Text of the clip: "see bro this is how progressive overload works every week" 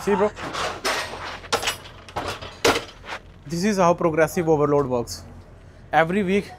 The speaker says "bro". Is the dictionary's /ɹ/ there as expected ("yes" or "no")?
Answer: no